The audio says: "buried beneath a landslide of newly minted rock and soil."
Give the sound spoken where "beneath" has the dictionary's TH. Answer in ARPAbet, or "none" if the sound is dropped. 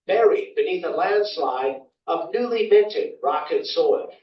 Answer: TH